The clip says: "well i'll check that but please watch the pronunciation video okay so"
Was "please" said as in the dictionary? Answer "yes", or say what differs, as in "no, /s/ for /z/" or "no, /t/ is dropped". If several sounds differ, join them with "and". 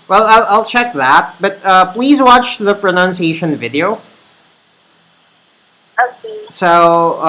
yes